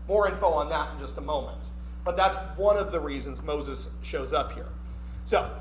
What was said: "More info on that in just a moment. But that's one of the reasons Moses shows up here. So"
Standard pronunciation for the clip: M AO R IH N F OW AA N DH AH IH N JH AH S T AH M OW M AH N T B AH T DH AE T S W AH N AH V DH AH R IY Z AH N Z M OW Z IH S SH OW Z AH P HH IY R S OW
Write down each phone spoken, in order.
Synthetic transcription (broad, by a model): M AO R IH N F OW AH N DH AH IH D JH AH S T AH M OW M AH N T B AH T DH AE T S W AH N AH V DH AH R IY Z AH N Z M OW Z IH S SH OW Z AH P HH IY R S OW